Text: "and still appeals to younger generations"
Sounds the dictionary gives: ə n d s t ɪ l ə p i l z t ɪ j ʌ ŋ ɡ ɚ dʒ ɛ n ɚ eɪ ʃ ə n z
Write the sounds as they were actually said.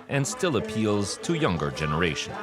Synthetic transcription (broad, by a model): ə n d s t ɪ l ə p i l z t ɪ j ʌ ŋ ɡ ɚ dʒ ɛ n ɚ eɪ ʃ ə n